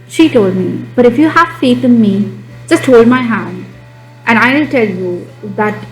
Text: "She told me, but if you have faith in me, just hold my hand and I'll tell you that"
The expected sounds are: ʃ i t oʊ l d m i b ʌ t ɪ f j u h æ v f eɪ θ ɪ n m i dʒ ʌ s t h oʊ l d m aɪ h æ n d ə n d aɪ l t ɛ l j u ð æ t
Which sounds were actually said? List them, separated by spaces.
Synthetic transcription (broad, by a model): ʃ i t oʊ l d m i b ʌ t ɪ f j u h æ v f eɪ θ ɪ n m i dʒ ʌ s t h oʊ l d m aɪ h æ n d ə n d aɪ n t ɛ l j u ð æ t